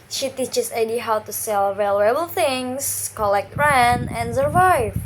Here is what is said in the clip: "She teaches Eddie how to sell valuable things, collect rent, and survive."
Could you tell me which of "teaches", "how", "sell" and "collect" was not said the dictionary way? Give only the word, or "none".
teaches